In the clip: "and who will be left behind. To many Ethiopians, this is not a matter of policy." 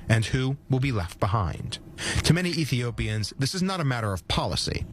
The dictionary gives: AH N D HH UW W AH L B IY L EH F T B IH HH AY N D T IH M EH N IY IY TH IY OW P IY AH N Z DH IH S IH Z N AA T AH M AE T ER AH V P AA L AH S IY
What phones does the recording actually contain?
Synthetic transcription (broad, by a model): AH N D HH UW W AH L B IY L EH F T B IH HH AY N D T IH M EH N IY IY TH IY OW P IY AH N Z DH IH S IH Z N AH T AH M AE T ER AH V P AA L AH S IY